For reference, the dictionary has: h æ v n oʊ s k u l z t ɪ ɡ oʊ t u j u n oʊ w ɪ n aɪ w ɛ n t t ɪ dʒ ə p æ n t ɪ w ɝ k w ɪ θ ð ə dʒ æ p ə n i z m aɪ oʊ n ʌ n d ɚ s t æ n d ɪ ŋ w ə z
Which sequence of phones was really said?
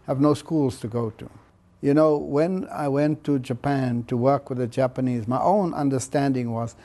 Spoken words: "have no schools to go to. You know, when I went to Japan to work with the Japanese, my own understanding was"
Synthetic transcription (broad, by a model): h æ v n oʊ s k u l z t ɪ ɡ oʊ t u j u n oʊ w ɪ n aɪ w ɛ n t t ɪ dʒ ə p æ n t ɪ w ɝ k w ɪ ð ə dʒ æ p ə n i z m aɪ oʊ n ʌ n d ɚ s t æ n d ɪ ŋ w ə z